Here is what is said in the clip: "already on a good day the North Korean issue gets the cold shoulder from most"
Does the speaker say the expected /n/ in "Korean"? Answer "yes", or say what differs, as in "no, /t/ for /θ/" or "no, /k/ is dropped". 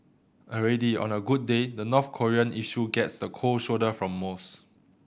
yes